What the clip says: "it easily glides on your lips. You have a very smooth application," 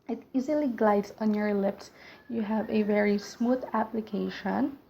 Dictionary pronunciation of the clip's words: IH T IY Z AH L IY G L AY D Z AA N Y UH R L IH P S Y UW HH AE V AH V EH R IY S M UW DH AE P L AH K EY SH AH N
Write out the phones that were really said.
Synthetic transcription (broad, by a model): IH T IY Z AH L IY G L AY D Z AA N Y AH R L IH P S Y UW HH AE V AH V EH R IY S M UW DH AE P L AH K EY SH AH N